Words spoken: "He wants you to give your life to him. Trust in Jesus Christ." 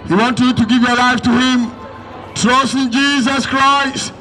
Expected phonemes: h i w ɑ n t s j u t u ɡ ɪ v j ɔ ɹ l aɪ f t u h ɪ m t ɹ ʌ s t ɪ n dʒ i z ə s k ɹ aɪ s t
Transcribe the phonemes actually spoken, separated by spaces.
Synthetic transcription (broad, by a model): h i w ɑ n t j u t u ɡ ɪ v j ɔ ɹ l aɪ f t u h ɪ m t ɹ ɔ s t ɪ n dʒ i z ə s k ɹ aɪ s t